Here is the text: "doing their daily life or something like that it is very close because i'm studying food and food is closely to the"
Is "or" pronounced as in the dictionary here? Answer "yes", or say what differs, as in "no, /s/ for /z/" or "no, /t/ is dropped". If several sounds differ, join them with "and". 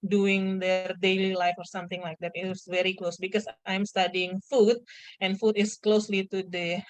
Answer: yes